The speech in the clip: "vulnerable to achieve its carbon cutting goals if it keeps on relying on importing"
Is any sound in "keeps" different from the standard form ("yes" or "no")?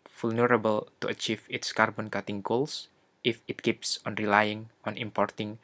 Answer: no